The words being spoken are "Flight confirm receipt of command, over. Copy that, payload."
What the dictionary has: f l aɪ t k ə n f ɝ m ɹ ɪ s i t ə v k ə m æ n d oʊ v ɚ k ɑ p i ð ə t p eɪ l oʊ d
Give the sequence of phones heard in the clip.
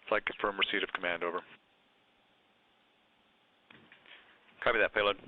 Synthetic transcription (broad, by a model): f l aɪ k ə f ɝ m ɹ s i t ə v k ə m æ n d oʊ v ɚ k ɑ b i ð ə t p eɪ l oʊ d